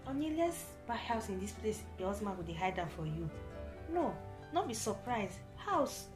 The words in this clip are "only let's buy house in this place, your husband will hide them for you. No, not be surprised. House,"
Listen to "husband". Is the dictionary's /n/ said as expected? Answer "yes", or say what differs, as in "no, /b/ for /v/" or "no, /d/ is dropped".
no, /n/ is dropped